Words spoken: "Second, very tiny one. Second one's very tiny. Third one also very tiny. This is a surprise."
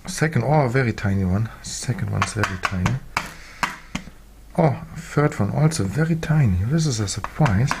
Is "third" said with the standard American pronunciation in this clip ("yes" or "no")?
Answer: no